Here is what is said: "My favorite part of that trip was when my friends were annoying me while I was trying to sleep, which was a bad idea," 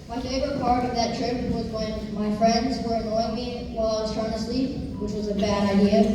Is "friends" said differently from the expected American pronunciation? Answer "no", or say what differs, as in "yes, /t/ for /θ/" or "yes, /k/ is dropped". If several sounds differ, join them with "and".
no